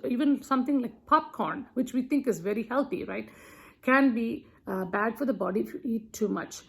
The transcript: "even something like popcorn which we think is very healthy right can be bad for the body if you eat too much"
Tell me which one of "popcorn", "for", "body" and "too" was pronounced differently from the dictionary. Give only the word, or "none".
none